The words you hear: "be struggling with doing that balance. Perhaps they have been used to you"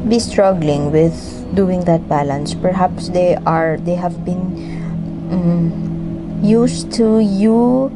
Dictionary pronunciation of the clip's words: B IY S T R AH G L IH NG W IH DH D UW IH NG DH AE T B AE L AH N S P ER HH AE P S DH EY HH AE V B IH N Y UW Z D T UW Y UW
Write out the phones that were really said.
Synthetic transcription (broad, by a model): B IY S T R AH G L IH NG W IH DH D UW IH NG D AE T B AE L AH N S P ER HH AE P S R EY HH AE V B IH N Y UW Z T UW Y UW